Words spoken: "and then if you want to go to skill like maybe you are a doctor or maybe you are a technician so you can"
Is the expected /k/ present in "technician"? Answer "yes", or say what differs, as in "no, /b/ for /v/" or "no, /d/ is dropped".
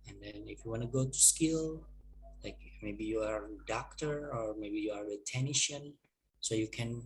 no, /k/ is dropped